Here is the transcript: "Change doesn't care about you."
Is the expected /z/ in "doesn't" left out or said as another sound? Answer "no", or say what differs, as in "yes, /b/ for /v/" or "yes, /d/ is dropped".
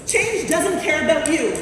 no